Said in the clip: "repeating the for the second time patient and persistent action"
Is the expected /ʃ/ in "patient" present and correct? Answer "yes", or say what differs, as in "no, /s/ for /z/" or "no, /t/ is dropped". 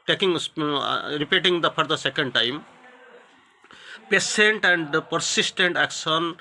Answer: no, /s/ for /ʃ/